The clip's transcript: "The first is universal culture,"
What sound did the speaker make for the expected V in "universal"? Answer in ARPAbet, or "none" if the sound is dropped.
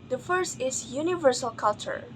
V